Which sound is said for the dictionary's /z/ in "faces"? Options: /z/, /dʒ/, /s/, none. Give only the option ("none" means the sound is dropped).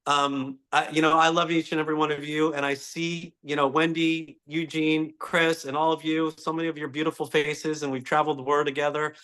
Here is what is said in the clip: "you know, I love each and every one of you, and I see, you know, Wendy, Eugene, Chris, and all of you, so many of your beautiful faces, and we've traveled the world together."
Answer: /z/